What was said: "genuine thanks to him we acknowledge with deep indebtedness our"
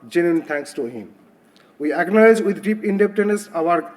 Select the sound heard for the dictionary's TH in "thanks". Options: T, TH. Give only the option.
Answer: T